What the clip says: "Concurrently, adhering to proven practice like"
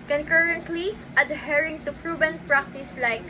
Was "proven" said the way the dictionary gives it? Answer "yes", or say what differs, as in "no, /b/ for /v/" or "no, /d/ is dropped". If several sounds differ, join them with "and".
no, /b/ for /v/